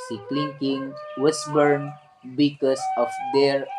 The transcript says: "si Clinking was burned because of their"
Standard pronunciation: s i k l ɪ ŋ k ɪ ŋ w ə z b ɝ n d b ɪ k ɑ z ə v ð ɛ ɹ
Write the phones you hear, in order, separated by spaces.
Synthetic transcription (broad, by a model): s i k l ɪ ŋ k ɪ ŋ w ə s b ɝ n b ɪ k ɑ s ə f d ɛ ɹ